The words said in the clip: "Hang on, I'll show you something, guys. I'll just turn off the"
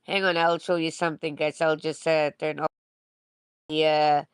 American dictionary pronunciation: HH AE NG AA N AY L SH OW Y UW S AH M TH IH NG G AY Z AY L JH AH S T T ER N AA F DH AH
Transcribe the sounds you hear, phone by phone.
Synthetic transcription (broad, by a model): HH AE NG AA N AY L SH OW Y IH S AH M TH IH NG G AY S AY L JH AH S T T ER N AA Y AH